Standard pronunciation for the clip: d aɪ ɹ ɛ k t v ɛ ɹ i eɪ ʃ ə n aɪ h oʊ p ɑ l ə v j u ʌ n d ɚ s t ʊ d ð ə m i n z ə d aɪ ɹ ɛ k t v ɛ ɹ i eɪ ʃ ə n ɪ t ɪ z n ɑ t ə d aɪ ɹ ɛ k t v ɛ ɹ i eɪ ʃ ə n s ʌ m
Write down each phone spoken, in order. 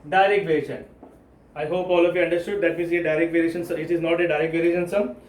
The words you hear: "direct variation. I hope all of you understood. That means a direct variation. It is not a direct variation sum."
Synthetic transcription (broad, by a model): d aɪ ɹ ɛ k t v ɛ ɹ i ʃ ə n aɪ h oʊ p ɑ l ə f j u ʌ n d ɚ s t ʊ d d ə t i z ə d aɪ ɹ ɛ k t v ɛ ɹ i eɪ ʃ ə n ɪ t ɪ z n ɑ t ə d aɪ ɹ ɛ k t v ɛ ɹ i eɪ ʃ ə n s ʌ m